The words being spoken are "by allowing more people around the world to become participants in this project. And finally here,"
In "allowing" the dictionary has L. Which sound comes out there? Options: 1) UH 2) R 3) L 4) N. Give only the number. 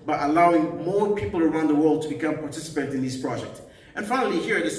3